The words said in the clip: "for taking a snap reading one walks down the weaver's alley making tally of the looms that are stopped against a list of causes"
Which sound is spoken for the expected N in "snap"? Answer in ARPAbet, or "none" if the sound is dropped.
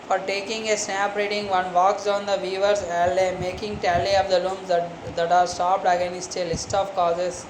none